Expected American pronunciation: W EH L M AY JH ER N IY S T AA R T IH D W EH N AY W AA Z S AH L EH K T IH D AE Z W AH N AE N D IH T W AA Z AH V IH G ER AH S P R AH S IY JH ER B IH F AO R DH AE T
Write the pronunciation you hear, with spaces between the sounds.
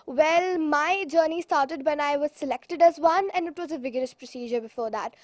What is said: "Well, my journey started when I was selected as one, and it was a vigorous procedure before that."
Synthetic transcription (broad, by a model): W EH L M AY JH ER N IY S T AA R T IH D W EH N AY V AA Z S AH L EH K T IH D AE Z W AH N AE N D IH T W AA Z AH V IH G ER AH S P R AH S IY JH ER B IH F AO R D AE T